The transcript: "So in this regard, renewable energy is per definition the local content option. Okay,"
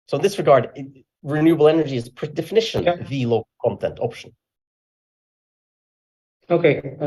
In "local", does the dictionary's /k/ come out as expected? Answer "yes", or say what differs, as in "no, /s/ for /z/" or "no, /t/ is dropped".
no, /k/ is dropped